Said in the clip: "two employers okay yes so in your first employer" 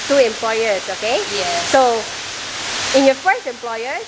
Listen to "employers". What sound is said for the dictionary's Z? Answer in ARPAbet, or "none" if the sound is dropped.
S